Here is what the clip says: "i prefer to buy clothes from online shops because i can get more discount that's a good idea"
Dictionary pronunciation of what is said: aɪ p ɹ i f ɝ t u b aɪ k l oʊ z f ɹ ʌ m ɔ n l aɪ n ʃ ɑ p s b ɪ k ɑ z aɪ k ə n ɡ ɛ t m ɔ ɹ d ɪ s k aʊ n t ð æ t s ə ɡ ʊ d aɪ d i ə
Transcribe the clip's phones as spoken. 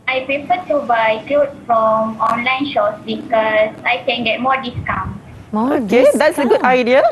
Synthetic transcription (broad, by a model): aɪ p ɹ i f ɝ t u b aɪ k l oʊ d f ɹ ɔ m ɔ n l aɪ n ʃ ɑ s b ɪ k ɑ s aɪ k ə n ɡ ɛ t m ɔ d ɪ s k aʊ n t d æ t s ə ɡ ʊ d aɪ d i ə